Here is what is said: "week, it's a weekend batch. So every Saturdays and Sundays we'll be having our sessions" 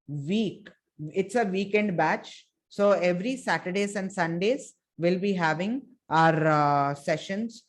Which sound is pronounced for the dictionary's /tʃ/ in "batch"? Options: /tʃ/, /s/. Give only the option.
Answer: /tʃ/